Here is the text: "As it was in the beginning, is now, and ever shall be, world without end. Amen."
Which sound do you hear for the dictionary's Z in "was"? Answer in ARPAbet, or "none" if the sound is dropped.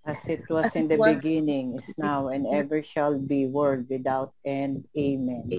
S